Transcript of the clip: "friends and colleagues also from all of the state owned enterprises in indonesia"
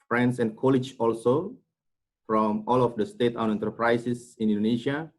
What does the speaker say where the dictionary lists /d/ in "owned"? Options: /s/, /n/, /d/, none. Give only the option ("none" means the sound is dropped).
none